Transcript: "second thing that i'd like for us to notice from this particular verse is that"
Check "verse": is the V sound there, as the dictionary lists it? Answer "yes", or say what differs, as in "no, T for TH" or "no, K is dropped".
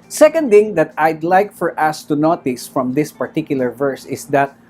yes